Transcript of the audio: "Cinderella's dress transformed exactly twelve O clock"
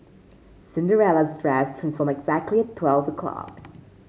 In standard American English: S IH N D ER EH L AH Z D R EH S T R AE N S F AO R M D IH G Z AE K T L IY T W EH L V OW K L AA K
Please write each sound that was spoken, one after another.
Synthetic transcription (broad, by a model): S IH N D ER EH L AH Z D R EH S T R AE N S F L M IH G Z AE K T L IY T W EH L V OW K L AA K